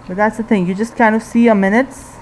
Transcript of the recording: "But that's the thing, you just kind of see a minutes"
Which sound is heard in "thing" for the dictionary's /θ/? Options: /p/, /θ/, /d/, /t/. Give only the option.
/θ/